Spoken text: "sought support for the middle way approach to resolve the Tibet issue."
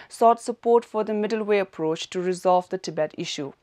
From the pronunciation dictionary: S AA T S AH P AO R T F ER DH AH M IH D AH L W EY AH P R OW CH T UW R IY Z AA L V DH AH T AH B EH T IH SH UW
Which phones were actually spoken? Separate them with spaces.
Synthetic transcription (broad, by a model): S AA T S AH P AO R T F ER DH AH M IH D AH L W EY AH P R OW CH T UW R IY Z AA L V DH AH T AH B EH T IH SH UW